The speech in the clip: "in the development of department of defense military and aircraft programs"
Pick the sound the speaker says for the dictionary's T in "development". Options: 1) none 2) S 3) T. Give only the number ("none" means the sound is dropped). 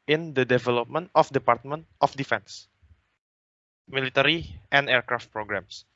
3